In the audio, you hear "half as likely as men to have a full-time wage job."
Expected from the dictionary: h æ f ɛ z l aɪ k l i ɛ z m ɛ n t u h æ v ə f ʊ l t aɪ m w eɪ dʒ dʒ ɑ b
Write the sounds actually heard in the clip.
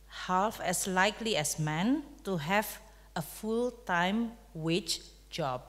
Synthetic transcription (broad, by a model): h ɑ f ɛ s l aɪ k l i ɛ s m ɛ n t u h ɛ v ə f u l t aɪ m w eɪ tʃ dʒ ɑ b